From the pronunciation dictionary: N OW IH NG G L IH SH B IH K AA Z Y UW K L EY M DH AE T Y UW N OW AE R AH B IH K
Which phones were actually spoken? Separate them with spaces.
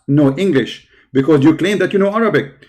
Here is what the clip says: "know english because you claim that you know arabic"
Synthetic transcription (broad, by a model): N OW IH NG G L IH SH B IH K AA Z Y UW K L EY M DH AE T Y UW N OW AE R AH B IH K